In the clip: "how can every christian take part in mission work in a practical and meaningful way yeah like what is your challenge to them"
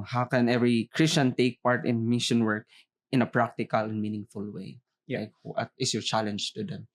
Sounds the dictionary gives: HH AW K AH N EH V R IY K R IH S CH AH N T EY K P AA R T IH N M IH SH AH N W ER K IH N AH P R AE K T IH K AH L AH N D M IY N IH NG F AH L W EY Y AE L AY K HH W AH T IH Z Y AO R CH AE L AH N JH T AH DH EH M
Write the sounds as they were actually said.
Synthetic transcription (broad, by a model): HH AW K AH N EH V R IY K R IH S CH AH N T EY K P AA R T IH N M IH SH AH N W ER K IH N AH P R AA K T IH K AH L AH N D M IY N IH NG F AH L W EY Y L AY K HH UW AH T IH S Y AO R CH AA L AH N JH T AH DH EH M